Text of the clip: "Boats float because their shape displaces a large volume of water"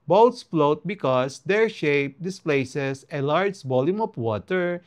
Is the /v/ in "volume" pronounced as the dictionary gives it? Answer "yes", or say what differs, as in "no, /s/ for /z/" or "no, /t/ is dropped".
no, /b/ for /v/